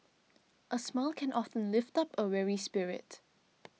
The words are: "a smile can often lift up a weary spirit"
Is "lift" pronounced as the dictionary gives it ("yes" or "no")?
yes